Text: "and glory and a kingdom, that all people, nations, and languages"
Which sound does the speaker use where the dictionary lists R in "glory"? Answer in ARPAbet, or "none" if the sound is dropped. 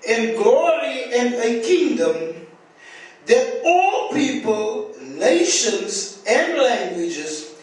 R